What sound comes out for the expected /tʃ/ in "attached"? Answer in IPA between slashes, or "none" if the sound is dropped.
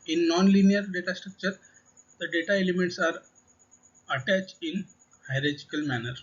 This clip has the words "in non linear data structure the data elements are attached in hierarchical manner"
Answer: /tʃ/